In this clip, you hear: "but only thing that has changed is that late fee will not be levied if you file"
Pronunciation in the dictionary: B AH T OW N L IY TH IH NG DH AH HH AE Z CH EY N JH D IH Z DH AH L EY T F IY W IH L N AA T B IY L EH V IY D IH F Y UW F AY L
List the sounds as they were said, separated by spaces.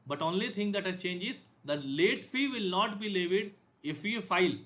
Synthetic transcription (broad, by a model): B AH T OW N L IY T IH NG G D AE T CH EY N JH IH Z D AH L EY T F IY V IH L N AA T B IY L EH V IY D IH F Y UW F AY L